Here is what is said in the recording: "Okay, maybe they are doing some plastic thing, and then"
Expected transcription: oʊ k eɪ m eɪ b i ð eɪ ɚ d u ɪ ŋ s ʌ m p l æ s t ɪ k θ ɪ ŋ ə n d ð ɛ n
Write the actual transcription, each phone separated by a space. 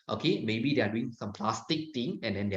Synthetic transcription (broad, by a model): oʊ k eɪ m eɪ b i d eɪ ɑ d u ɪ ŋ s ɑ m p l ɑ s t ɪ k t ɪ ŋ ə n d ɛ n